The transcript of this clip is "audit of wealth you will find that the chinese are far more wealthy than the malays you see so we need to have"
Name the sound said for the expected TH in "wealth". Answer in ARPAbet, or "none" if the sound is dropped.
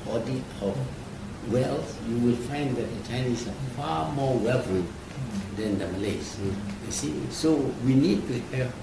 S